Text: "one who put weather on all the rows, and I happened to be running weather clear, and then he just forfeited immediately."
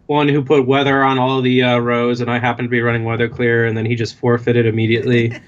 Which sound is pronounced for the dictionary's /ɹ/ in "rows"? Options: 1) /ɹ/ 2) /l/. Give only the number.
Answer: 1